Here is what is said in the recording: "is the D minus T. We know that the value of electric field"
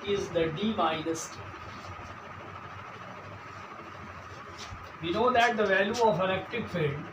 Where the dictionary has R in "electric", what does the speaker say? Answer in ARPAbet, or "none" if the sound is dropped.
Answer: none